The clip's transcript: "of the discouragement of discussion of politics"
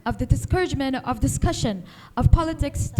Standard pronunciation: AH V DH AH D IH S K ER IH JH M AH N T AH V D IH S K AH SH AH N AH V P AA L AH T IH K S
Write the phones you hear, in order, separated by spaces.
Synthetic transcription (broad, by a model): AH V DH AH D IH S K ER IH JH M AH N T AH V D IH S K AH SH AH N AH V P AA L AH T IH K S